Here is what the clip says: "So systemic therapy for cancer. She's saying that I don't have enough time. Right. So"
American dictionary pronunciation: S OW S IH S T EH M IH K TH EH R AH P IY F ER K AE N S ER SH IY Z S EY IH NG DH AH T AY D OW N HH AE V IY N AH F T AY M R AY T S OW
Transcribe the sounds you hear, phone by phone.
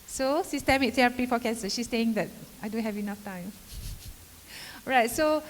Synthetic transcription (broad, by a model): S OW S IH S T EH M IH K S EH AH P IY F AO K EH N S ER SH IY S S EY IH NG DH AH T AY D OW N HH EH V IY N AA F T AY M R AY T S OW